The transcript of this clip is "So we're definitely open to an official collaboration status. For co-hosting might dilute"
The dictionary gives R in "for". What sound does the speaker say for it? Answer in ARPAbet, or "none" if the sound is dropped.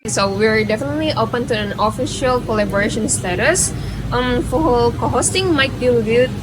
L